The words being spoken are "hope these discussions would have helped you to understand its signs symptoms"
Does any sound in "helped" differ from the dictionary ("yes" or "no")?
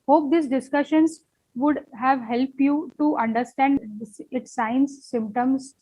no